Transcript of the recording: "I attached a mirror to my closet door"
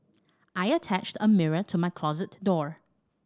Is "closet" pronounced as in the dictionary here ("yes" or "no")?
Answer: yes